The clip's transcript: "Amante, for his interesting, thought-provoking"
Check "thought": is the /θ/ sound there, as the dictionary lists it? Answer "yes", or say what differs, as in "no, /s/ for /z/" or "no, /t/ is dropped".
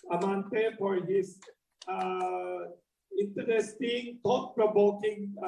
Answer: no, /t/ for /θ/